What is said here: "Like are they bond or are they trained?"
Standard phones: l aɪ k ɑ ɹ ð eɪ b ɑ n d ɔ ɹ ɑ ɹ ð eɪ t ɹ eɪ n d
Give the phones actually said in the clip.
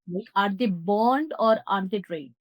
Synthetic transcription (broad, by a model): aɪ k ɑ ɹ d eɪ b ɑ n d ɔ ɹ ɑ ɹ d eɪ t ɹ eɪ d